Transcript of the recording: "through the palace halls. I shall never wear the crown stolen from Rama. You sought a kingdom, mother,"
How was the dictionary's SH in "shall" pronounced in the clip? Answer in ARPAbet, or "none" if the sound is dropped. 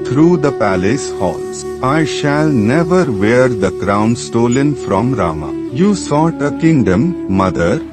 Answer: SH